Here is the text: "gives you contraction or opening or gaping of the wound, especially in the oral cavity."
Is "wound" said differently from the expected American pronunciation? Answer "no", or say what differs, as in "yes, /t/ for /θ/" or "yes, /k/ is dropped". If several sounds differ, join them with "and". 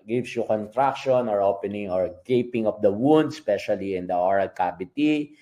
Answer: no